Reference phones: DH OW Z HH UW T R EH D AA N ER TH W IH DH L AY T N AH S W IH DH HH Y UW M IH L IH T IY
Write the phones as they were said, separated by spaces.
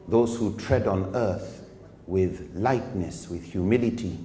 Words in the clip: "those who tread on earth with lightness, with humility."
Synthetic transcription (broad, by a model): DH OW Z HH UW T R EH D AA N ER TH W IH DH L AY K N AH S W IH DH HH Y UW M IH L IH T IY